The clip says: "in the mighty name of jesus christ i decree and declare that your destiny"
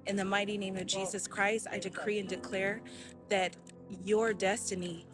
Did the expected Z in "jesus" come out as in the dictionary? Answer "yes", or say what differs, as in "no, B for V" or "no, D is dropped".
yes